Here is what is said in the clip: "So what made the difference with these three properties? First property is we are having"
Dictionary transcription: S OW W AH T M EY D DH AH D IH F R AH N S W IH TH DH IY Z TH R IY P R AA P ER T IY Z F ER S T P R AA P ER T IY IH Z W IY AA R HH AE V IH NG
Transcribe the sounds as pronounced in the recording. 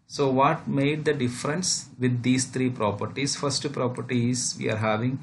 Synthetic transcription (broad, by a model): S OW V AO T M EY D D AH D IH F R AH N S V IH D IY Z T R IY P R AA P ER T IY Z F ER S T P R AA P ER T IY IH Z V IY AA R HH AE V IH NG